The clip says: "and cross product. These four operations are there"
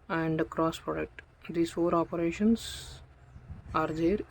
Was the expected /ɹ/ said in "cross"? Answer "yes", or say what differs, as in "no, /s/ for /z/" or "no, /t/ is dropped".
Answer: yes